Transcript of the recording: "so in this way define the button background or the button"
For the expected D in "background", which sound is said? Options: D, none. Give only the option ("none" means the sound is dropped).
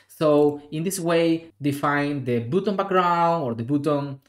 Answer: none